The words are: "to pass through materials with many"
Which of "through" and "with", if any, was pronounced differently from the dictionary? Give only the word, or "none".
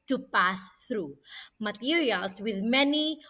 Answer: none